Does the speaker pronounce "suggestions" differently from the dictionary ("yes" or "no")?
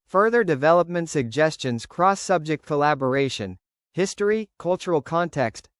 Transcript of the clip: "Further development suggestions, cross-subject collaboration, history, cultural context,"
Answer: no